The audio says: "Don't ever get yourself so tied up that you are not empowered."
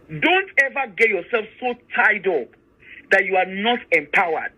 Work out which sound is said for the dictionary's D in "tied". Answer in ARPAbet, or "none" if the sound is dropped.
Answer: D